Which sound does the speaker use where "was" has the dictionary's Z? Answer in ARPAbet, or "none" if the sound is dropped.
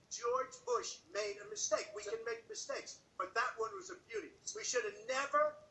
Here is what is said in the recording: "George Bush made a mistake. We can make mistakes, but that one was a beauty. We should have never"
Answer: Z